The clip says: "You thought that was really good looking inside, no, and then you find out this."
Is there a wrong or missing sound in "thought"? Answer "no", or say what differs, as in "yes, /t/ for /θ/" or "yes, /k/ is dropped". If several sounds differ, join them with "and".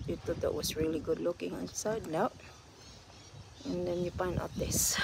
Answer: yes, /t/ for /θ/